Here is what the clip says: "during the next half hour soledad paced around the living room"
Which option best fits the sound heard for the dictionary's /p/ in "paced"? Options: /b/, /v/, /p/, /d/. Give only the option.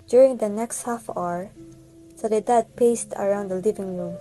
/p/